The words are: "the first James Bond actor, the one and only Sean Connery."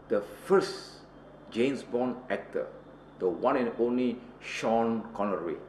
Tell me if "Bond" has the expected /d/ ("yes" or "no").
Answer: no